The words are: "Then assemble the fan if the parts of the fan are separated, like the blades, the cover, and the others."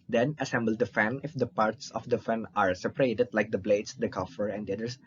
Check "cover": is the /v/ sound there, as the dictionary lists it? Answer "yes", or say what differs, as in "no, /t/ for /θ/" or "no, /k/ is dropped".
no, /f/ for /v/